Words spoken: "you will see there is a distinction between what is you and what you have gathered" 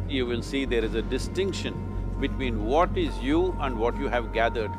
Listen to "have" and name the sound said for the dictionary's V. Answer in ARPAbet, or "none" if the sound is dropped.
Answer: V